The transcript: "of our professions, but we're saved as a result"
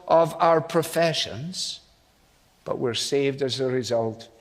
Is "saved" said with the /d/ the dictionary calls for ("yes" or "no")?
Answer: yes